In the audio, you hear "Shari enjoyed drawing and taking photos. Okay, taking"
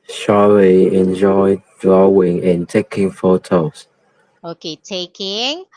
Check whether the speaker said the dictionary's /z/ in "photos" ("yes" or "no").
no